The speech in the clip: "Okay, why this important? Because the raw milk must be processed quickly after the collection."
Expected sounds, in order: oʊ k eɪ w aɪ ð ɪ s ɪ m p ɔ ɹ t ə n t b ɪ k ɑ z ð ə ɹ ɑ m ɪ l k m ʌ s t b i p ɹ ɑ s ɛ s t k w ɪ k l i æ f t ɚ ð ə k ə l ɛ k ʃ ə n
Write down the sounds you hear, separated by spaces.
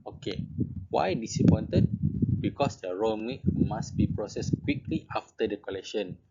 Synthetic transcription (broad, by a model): oʊ k eɪ w aɪ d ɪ s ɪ p ɔ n t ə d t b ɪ k ɑ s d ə ɹ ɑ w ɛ k m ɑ s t b i p ɹ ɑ s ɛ s k w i k l i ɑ f t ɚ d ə k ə l ɛ k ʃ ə n